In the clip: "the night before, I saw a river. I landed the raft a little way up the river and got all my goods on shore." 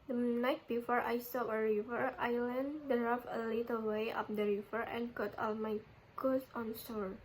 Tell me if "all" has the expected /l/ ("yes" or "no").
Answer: yes